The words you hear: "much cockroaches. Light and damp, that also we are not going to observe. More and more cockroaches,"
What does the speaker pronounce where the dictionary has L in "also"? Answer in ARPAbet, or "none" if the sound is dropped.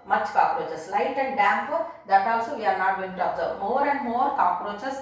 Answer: W